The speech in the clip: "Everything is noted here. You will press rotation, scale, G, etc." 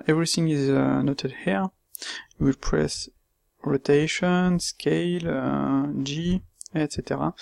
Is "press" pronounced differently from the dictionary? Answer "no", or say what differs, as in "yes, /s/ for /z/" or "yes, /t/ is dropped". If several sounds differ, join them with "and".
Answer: no